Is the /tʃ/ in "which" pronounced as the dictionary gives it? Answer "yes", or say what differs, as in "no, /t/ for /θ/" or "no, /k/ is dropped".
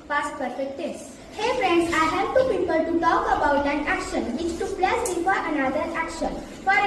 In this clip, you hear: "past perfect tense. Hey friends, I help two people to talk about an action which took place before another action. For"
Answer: no, /s/ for /tʃ/